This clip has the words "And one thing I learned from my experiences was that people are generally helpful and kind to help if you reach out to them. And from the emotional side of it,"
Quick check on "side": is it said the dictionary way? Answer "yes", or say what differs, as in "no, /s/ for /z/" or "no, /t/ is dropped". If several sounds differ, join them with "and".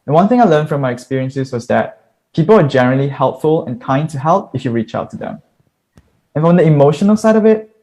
yes